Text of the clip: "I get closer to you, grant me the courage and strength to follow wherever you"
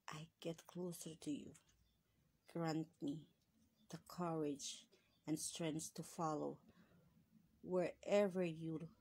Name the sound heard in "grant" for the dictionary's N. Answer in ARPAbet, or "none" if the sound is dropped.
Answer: N